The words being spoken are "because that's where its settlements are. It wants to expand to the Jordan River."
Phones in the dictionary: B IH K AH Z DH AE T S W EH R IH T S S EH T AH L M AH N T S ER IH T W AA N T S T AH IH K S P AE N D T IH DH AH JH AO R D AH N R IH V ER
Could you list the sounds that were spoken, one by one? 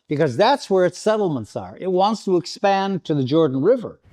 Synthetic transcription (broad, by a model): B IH K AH Z DH AE T S W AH R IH T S S EH T L M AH N T S ER IH T W AA N T S T AH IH K S P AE N T IH DH AH JH AO R D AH N R IH V ER